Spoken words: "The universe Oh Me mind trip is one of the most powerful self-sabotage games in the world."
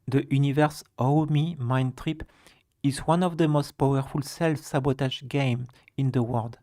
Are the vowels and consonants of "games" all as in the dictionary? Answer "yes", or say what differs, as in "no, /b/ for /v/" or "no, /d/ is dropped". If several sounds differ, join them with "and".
no, /z/ is dropped